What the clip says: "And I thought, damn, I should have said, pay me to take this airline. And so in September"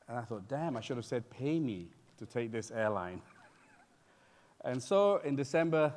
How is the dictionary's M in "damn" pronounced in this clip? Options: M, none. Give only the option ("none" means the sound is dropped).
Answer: M